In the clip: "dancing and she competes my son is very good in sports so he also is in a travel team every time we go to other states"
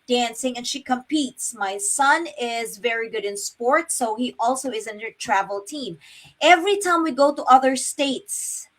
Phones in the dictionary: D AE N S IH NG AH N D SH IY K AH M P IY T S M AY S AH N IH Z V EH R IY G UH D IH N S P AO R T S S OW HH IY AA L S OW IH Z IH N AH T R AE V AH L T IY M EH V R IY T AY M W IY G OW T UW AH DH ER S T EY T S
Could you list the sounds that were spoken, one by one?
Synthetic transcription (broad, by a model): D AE N S IH NG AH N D SH IY K AH M P IY T S M AY S AH N IH Z V EH R IY G UH D IH N S P AO R T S S OW HH IY AA L S OW IH Z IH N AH T R AE V AH L T IY M EH V R IY T AY M W IY G OW T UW AH DH ER S T EY T S